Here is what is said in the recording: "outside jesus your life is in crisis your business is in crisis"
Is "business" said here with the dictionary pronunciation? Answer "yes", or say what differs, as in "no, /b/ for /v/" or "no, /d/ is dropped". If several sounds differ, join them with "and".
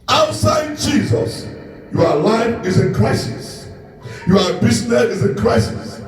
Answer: no, /s/ is dropped